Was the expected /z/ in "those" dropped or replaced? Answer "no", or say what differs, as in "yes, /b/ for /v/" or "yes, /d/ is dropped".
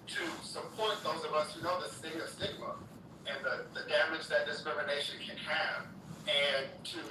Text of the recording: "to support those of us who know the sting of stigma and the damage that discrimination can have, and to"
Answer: no